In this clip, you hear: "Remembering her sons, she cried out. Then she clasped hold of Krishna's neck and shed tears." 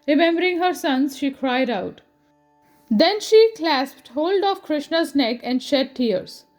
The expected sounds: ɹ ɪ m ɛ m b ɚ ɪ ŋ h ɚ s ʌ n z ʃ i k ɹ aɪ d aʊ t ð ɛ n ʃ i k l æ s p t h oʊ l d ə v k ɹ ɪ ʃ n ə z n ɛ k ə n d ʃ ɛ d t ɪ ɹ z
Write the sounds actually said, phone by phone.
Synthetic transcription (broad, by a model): ɹ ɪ m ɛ m b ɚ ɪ ŋ h ɚ s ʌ n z ʃ i k ɹ aɪ d aʊ t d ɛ n ʃ i k l æ s p t h oʊ l d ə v k ɹ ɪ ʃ n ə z n ɛ k ə n d ʃ ɛ d t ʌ ɹ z